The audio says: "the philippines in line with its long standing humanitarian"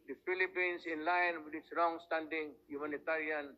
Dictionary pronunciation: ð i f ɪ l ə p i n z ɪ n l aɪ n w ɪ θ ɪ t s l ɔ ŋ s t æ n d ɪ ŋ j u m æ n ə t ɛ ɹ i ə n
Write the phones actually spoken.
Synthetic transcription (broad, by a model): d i f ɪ l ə p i n s ɪ n l aɪ n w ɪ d ɪ t s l ɔ ŋ s t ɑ n d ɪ ŋ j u m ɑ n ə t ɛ ɹ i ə n